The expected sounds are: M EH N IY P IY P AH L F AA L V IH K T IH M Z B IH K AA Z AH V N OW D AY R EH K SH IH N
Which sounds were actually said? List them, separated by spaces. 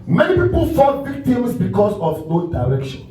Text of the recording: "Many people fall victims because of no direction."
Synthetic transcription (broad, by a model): M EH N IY P IY P AH L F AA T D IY T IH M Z B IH K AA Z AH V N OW D AY R EH K SH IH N